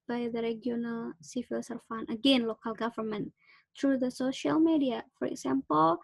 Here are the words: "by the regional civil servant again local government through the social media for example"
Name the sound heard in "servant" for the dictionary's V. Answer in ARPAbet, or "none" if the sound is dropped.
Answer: F